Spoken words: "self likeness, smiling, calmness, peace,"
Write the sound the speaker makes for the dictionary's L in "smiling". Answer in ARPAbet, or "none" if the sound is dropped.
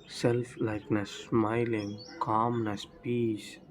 L